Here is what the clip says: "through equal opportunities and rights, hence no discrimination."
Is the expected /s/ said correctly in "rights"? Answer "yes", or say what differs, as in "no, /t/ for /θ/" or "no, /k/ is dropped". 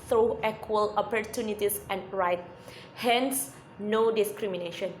no, /s/ is dropped